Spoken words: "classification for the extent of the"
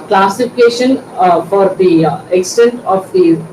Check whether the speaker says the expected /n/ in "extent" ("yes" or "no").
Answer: yes